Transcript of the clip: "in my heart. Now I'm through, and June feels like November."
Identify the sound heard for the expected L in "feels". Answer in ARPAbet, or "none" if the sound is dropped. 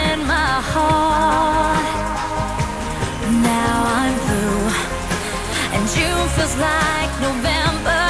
none